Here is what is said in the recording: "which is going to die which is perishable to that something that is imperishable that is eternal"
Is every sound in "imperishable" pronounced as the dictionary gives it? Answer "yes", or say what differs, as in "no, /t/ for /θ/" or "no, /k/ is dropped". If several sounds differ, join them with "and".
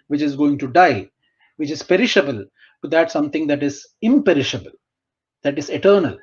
yes